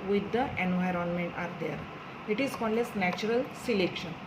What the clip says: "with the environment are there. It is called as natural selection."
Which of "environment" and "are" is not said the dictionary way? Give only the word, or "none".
none